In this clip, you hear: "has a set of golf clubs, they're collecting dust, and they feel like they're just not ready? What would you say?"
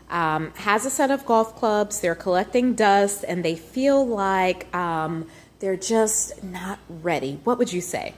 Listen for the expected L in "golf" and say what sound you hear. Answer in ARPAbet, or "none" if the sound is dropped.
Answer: L